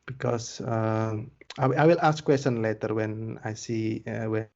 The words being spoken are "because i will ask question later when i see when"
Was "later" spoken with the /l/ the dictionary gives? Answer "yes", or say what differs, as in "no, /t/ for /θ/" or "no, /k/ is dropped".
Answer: yes